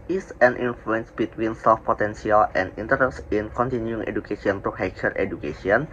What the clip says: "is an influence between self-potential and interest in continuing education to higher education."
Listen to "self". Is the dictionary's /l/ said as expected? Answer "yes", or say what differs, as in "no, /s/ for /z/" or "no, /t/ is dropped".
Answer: no, /l/ is dropped